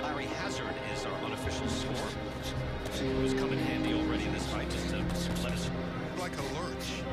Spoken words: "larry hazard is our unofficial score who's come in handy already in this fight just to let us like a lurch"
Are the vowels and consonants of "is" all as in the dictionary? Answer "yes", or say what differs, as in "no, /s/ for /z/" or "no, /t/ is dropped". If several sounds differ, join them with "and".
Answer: yes